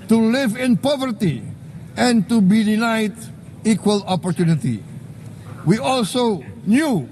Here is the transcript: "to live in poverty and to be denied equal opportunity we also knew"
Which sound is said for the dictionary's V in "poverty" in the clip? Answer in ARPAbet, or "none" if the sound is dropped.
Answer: V